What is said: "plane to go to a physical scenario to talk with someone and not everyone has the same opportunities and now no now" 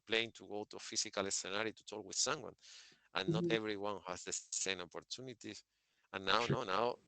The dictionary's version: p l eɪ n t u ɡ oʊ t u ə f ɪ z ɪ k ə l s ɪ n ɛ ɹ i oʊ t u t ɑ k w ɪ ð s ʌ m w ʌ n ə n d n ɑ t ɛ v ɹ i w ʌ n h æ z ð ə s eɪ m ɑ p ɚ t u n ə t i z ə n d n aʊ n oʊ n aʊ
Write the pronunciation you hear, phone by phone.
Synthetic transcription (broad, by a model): p l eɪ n t u ɡ oʊ t u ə f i s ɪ k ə l s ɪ n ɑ ɹ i t u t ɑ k w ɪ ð s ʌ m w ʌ n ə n n ɑ t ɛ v ɹ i w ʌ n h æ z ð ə s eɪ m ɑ p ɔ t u n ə t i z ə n n aʊ n oʊ n aʊ